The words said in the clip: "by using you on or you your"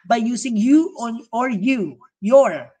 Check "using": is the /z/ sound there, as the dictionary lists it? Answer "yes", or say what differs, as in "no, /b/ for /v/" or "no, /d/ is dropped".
no, /s/ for /z/